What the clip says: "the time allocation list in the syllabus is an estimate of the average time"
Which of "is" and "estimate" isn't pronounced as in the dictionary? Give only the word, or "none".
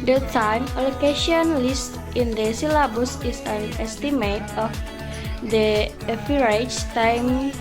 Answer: is